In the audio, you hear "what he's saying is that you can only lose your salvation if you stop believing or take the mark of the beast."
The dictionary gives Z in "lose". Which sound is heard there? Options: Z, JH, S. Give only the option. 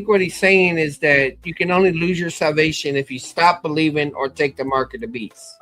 Z